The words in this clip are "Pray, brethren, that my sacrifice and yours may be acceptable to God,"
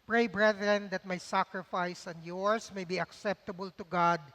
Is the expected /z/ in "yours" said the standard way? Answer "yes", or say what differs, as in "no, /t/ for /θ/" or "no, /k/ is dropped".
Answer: no, /s/ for /z/